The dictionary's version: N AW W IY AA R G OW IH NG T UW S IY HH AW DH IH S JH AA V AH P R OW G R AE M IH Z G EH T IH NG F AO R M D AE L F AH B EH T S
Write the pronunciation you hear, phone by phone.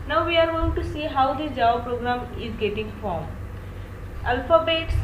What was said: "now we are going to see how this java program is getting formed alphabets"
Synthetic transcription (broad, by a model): N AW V IY AA R G OW IH NG T UW S IY HH AW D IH JH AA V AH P R OW G R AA M IH Z G EH T IH NG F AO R M AE L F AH B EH T S